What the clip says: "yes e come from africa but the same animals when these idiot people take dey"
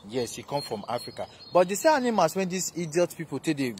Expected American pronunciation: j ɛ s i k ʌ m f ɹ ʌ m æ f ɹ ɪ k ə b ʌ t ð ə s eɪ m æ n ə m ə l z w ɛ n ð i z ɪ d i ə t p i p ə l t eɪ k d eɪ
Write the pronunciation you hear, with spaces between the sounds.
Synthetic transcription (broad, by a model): j ɛ s i k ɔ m f ɹ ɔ m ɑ f ɹ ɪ k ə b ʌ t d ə s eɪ ɑ n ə m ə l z w ɛ n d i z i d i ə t p i p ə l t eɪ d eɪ